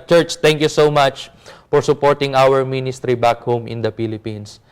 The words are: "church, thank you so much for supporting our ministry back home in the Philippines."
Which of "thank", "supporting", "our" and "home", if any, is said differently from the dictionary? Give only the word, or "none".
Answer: thank